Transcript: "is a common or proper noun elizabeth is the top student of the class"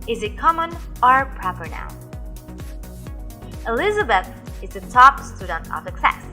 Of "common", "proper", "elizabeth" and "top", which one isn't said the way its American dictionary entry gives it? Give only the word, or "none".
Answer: none